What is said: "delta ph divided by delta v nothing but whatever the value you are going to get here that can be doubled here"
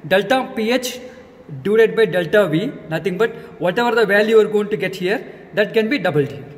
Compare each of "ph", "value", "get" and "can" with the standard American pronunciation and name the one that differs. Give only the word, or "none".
none